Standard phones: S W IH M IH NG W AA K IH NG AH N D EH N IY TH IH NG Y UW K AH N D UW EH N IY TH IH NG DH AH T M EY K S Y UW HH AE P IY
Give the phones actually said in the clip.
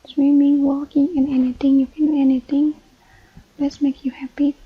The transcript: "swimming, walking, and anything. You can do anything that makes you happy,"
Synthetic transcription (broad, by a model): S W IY M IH NG W AA K IH NG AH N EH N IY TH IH NG Y UW K AH N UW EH N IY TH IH NG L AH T M EY K Y UW HH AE P IY